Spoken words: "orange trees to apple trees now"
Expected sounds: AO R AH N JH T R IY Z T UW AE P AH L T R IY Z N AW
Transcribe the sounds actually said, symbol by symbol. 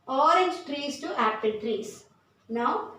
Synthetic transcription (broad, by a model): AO R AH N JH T R IY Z T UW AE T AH N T R IY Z N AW